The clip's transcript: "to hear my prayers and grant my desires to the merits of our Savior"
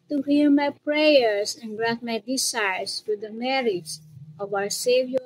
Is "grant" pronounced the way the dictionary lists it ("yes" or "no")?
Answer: no